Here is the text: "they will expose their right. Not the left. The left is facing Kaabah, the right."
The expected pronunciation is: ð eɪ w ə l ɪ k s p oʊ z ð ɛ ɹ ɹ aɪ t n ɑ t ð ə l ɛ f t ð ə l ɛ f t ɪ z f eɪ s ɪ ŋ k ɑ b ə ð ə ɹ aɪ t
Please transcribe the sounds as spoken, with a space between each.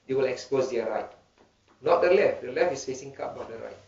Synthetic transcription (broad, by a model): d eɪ w ə l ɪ k s p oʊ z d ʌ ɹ ɹ aɪ t n ɑ t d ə l ɛ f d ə l ɛ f ɪ s f eɪ s ɪ ŋ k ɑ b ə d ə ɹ aɪ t